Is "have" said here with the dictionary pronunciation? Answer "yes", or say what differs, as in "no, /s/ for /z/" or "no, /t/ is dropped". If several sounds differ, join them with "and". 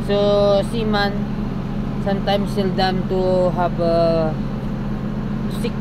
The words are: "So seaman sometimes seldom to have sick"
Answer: no, /b/ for /v/